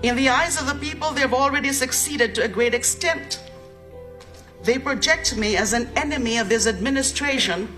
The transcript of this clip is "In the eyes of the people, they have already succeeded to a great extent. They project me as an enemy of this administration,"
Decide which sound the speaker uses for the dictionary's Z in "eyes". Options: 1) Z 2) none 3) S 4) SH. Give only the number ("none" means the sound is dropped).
1